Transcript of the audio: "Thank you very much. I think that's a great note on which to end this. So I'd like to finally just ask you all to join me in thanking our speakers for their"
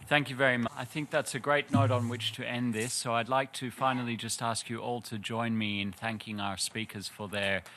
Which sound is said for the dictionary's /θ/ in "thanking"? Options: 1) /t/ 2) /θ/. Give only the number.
2